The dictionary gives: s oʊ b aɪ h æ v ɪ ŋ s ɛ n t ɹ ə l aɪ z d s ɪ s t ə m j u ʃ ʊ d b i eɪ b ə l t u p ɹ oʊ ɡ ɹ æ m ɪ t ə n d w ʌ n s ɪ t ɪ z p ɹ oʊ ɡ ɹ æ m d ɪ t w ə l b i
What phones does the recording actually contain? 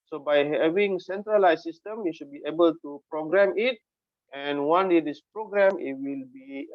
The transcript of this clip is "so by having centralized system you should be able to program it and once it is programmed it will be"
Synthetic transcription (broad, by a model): s oʊ b aɪ h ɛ v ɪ ŋ s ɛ n t ɹ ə l aɪ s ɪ s t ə m j u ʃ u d b i eɪ b ə l t u p ɹ oʊ ɡ ɹ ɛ m ɪ t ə n w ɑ n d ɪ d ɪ s p ɹ oʊ ɡ ɹ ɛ m ɪ t w ə l b i